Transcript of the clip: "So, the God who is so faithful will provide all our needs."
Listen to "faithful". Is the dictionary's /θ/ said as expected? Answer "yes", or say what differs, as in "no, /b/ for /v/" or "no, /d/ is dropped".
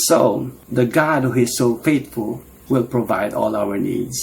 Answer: no, /t/ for /θ/